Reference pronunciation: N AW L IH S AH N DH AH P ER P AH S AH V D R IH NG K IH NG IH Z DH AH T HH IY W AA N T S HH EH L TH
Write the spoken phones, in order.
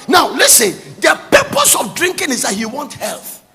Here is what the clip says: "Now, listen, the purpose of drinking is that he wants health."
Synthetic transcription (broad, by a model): N AW L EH S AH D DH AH P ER P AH S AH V D R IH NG K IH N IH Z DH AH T HH IY W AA N T HH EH L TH